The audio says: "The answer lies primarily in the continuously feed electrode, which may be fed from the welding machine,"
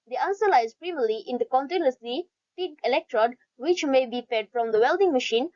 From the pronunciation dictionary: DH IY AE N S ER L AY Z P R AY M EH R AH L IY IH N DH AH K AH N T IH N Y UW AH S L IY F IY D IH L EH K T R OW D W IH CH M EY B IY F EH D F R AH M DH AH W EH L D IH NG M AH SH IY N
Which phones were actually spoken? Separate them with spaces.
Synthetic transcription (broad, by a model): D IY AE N S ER L AY Z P R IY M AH L IY IH N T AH K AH N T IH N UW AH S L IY P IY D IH L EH K T R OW D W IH CH M EY B IY F EH D F R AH M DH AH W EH L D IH NG M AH SH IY N